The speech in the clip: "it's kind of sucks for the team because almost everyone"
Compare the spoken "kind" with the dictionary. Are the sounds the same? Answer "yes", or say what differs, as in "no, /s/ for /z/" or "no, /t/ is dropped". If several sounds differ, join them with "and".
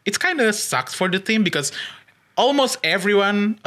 yes